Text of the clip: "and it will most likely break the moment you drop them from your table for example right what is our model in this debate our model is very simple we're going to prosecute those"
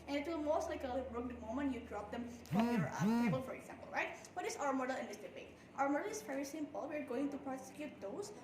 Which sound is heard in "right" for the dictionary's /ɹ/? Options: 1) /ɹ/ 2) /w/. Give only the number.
1